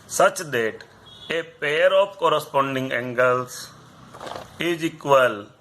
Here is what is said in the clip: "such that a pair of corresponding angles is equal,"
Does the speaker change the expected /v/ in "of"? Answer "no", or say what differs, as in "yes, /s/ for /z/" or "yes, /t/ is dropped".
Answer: yes, /p/ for /v/